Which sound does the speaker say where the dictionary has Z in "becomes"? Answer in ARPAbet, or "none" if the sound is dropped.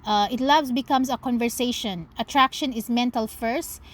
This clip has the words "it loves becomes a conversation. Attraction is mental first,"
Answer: S